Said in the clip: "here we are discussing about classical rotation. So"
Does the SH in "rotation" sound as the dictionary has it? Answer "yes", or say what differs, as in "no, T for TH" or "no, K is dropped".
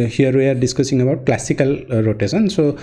no, S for SH